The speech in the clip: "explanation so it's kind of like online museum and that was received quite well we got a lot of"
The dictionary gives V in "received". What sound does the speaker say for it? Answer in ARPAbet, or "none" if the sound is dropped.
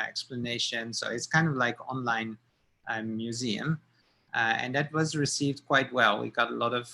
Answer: V